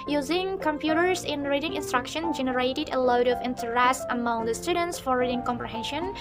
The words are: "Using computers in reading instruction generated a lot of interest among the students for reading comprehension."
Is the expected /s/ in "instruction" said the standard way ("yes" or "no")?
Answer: yes